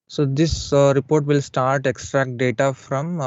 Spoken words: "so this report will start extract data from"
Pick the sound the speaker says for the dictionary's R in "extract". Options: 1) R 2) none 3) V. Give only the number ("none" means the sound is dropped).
1